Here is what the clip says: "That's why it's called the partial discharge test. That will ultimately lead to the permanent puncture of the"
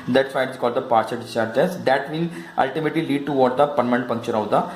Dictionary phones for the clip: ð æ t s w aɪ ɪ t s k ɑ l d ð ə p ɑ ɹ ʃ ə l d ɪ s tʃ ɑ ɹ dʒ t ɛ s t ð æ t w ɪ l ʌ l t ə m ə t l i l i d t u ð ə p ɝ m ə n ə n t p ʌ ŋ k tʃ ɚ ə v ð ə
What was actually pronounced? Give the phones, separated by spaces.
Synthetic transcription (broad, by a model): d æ t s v aɪ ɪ t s k ɑ l d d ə p ɑ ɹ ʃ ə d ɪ tʃ ɑ ɹ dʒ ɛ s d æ t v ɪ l ʌ l t ə m ə t l i l i d t u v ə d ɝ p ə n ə n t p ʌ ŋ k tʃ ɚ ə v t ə